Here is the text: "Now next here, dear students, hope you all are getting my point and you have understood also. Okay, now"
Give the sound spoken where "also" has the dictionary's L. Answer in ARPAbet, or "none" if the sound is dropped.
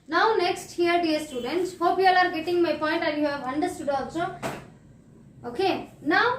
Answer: none